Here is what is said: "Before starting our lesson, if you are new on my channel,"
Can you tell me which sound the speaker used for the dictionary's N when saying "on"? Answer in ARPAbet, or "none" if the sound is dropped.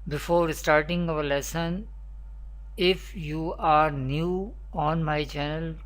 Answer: N